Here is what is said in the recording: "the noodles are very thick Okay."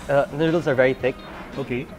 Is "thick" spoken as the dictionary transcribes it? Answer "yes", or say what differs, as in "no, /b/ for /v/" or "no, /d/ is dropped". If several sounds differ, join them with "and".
yes